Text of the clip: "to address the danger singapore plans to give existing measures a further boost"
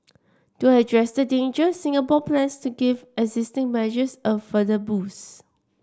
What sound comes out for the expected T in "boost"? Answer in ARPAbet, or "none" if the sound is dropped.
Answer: none